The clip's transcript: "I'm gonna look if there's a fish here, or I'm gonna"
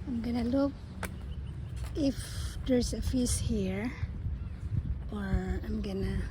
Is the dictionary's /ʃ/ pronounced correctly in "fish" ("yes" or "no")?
no